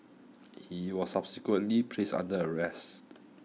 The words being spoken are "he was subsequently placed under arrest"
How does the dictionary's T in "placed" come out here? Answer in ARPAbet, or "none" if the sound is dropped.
none